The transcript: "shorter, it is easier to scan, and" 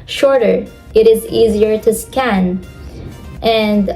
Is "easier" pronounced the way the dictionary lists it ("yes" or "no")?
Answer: yes